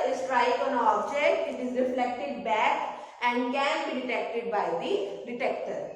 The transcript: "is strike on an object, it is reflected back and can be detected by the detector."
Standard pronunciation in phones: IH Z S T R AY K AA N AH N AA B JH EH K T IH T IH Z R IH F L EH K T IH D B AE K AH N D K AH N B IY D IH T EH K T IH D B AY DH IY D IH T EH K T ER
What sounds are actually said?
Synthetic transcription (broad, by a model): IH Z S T R AY IH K AH N AA B JH EH K T IH T IH Z R IH F L EH K T IH D B AE K AH N D K AH N B IY D IH T EH K T IH D B AY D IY D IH T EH K T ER